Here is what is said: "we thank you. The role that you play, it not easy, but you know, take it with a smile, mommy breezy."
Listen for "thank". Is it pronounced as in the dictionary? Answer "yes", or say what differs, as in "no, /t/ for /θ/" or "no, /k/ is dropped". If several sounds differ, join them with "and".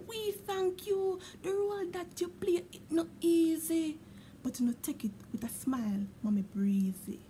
yes